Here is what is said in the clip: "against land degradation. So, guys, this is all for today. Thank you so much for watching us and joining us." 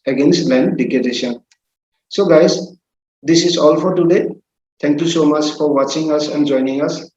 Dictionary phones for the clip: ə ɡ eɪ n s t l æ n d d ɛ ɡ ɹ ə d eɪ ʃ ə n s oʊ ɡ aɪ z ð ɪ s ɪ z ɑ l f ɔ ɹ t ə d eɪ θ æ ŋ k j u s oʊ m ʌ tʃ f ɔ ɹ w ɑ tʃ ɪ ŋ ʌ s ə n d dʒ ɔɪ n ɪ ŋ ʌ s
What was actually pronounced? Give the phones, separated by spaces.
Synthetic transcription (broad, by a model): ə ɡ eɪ n s t l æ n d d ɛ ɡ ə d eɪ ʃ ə n s oʊ ɡ aɪ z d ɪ s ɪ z ɑ l f ɔ ɹ t ə d eɪ t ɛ ŋ k j u s oʊ m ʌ tʃ f ɔ ɹ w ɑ tʃ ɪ ŋ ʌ s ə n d dʒ ɔɪ n ɪ ŋ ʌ s